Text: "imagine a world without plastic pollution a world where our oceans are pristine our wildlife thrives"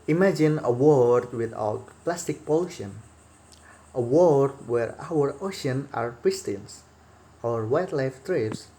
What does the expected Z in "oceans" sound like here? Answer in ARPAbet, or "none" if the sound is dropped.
none